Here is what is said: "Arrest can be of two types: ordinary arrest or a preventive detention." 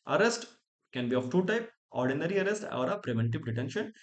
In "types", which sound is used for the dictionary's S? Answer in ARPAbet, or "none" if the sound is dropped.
none